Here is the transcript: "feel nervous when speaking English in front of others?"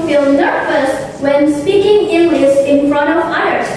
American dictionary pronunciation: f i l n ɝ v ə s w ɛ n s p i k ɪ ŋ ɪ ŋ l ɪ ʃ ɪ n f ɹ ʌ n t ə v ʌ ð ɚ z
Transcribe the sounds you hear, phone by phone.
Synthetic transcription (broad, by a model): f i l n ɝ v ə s w ɛ n s p i k ɪ ŋ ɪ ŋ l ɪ s ɪ n f ɹ ʌ n t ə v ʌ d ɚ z